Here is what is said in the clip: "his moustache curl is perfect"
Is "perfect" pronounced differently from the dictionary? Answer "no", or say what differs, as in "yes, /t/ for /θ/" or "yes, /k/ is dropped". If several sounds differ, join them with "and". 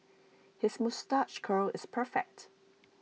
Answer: no